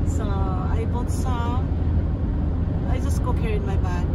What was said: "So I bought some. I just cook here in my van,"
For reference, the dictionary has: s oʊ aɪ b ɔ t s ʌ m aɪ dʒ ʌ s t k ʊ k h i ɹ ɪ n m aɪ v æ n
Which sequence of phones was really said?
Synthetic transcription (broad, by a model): s oʊ aɪ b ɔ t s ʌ aɪ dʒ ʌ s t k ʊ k h i ɹ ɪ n m aɪ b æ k